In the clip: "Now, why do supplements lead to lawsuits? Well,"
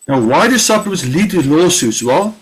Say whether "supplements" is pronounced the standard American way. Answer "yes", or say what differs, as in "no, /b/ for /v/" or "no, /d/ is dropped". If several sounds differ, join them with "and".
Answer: no, /l/ is dropped